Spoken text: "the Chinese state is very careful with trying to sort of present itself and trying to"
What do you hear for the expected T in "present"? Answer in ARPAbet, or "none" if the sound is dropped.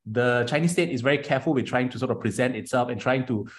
T